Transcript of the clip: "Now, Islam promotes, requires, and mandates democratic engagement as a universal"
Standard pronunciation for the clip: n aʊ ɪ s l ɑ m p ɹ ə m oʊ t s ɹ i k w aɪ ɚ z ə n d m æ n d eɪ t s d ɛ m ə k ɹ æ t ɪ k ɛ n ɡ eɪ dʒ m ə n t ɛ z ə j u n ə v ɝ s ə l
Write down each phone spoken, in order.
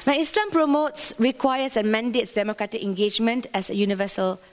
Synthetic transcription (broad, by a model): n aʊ ɪ s l ɑ m p ɹ ə m oʊ t s ɹ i k w aɪ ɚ s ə n m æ n d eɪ t s d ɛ m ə k ɹ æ t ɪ k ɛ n ɡ eɪ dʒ m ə n t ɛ s ə j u n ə v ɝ s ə l